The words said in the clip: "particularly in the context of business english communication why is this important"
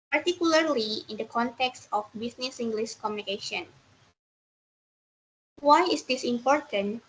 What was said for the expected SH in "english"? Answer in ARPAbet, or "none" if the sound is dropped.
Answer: S